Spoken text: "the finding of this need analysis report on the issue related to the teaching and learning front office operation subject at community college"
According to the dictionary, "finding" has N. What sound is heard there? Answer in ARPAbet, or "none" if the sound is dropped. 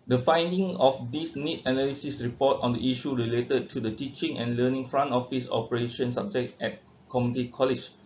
N